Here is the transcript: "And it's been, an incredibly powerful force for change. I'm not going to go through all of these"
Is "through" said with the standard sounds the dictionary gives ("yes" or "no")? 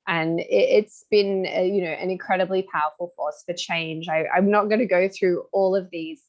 yes